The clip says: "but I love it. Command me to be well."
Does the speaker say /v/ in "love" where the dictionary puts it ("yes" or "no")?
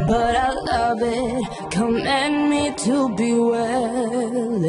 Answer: yes